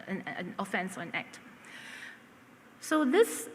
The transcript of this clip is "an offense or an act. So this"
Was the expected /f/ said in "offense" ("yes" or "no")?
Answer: yes